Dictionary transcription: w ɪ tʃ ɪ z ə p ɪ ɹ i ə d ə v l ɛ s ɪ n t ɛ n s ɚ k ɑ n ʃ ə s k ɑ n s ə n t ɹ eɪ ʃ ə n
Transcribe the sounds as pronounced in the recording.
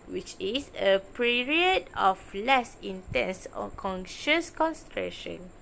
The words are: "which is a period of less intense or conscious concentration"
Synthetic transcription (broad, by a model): w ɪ tʃ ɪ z ə p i ɹ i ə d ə f l ɛ s ɪ n t ɛ n s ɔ k ɑ n ʃ ə s k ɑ n s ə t ɹ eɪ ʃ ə n